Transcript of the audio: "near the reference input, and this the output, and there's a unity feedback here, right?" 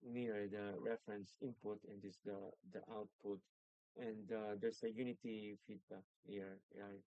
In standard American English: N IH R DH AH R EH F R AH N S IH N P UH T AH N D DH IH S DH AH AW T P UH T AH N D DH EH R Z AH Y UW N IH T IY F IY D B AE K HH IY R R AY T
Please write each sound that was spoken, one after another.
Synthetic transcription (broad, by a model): N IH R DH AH R EH F R AH N S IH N P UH T AH N D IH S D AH AW T P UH T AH N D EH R S AH Y UW N IH T IY F IY D B AE K HH IY R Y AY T